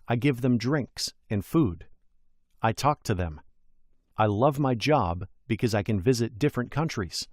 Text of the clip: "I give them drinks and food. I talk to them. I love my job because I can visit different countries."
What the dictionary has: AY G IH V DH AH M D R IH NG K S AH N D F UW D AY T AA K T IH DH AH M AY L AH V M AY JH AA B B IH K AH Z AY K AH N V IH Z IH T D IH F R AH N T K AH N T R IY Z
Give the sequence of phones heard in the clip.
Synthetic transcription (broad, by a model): AY G IH V DH AH M D R IH NG K S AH N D F UW D AY T AA K T IH DH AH M AY L AH V M AY JH AA B B IH K AH Z AY K AH N V IH Z IH T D IH F R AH N K AH N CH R IY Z